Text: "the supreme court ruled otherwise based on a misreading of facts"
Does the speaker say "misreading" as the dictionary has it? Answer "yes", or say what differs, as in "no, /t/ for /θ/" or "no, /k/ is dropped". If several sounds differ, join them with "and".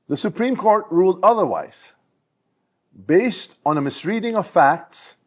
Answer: yes